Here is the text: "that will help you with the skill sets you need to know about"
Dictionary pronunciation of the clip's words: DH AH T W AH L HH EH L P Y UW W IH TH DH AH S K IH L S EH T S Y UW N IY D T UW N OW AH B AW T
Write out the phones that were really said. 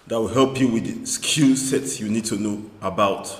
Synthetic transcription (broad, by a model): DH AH T W AH L HH EH L P Y UW W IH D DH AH S K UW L S EH T S Y UW N IY D T UW N OW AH B AW T